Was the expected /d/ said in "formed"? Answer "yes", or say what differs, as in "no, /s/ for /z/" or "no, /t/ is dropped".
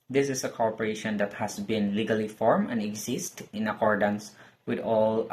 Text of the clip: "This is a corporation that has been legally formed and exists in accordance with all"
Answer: no, /d/ is dropped